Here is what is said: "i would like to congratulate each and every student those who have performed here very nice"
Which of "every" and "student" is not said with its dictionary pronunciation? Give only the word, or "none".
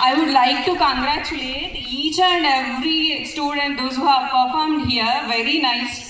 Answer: every